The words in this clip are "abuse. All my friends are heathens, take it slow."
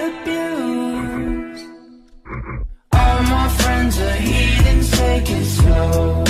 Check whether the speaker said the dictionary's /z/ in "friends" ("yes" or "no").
yes